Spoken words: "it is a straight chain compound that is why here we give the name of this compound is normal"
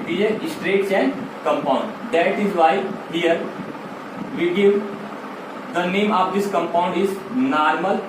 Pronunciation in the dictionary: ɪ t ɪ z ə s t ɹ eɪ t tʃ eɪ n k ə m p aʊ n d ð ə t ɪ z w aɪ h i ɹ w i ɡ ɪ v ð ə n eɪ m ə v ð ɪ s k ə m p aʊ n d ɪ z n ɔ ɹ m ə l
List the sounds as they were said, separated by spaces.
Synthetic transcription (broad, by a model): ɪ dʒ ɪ ə s t ɹ eɪ t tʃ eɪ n k ə m p aʊ n d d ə t ɪ z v aɪ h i ɹ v i ɡ ɪ v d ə n eɪ m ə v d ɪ s k ə m p aʊ n d ɪ z n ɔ ɹ m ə l